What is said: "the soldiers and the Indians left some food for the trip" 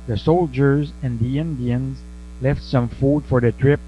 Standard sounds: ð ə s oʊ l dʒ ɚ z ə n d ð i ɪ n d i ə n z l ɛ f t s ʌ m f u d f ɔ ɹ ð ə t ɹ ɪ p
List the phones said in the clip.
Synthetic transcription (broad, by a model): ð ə s oʊ l dʒ ɚ z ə n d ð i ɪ n d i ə n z l ɛ f t s ʌ m f u d f ɔ ɹ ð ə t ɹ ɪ p